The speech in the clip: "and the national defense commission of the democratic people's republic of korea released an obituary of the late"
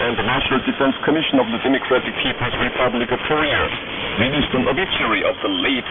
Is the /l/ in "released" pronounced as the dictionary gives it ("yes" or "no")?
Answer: no